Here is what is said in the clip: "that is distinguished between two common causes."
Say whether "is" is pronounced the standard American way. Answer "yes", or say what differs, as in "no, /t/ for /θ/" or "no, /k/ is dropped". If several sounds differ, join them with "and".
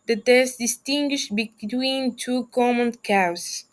no, /s/ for /z/